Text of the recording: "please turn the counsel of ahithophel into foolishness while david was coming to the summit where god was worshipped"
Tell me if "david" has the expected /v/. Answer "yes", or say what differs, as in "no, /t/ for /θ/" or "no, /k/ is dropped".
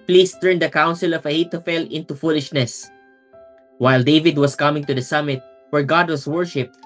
yes